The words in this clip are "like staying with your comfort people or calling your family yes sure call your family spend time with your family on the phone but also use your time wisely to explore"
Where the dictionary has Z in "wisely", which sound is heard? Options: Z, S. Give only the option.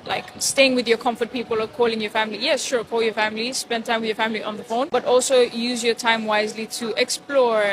Z